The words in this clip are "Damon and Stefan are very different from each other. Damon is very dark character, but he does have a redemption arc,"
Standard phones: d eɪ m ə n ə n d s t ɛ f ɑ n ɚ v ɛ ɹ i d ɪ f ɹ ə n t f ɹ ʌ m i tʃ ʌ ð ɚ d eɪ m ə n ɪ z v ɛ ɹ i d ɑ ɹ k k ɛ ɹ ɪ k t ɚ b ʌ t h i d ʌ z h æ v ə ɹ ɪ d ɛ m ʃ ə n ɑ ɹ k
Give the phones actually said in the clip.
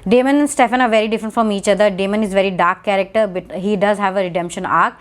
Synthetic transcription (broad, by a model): d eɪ m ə n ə n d s t ɛ f ɑ n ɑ v ɛ ɹ i d ɪ f ɹ ə n t f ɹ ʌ m i tʃ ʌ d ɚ d eɪ m ə n ɪ z v ɛ ɹ i d ɑ ɹ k k ɛ ɹ ɪ k t ɚ b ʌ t h i d ʌ z h æ v ə ɹ ɪ d ɛ m ʃ ə n ɑ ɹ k